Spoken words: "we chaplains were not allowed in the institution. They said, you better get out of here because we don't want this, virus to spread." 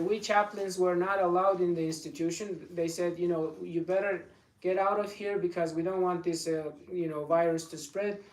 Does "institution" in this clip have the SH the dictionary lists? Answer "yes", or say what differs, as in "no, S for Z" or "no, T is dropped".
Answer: yes